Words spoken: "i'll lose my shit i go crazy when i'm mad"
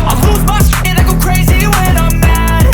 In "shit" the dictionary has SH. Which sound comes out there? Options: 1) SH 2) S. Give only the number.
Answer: 2